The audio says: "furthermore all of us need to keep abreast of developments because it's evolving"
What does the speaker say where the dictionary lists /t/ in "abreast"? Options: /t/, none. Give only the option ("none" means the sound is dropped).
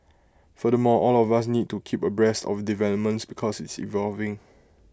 /t/